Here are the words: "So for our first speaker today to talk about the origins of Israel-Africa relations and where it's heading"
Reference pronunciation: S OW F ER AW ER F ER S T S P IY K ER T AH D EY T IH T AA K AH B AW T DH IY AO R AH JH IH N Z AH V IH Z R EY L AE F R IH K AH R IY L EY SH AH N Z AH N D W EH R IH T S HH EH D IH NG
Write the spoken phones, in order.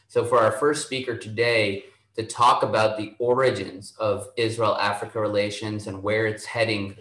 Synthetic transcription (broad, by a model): S OW F ER AW ER F ER S T S P IY K ER T AH D EY T IH T AA K AH B AW T DH IY AO R AH JH IH N Z AH V IH Z R EY L AE F R IH K AH R IY L EY SH AH N Z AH N W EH R IH T S HH EH D IH NG